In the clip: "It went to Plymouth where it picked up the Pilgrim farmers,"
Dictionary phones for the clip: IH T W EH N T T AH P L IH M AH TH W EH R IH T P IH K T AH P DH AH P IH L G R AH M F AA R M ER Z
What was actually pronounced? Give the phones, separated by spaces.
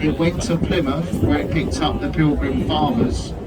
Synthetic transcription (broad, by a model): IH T W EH N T T AH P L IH M AH F W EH R IH T P IH K T AH P DH AH P IH L G R AH M F AA M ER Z